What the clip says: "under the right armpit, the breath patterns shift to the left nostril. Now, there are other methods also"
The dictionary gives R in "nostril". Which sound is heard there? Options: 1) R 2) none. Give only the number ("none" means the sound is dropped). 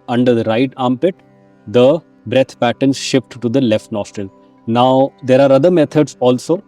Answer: 1